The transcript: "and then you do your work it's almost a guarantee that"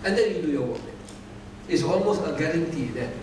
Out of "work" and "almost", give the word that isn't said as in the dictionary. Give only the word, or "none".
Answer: work